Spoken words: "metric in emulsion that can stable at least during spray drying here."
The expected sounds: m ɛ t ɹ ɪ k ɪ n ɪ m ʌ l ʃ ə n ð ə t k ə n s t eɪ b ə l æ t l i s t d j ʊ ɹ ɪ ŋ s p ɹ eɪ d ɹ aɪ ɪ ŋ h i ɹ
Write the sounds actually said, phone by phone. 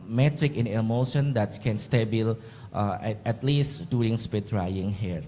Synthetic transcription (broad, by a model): m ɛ t ɹ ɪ k ɪ n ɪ m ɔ ʃ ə n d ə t k ə n s t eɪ b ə l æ t l i s t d j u ɹ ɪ ŋ s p eɪ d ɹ aɪ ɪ ŋ h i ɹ